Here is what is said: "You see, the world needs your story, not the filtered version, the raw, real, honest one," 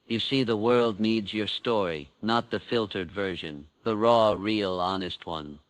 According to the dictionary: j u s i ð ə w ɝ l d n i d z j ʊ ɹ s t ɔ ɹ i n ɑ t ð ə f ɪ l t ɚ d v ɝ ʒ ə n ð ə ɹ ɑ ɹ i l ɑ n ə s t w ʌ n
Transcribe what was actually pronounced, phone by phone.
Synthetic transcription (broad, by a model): j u s i ð ə w ɝ l d n i d z j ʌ ɹ s t ɔ ɹ i n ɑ t ð ə f ɪ l t ɚ d v ɝ ʒ ə n ð ə ɹ ɑ ɹ i l ɑ n ə s t w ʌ n